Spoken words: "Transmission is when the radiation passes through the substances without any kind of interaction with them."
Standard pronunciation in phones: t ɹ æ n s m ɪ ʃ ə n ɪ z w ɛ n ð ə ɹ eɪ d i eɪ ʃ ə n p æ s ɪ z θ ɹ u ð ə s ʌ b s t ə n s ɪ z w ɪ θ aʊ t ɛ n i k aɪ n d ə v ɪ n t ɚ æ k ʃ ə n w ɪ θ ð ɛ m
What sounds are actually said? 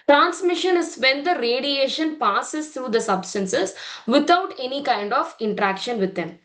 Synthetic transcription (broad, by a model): t ɹ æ n s m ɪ ʃ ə n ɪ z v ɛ n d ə ɹ eɪ d i eɪ ʃ ə n p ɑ s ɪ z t ɹ u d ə s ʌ b s t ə n s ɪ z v ɪ t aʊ t ɛ n i k aɪ n d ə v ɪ n t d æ k ʃ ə n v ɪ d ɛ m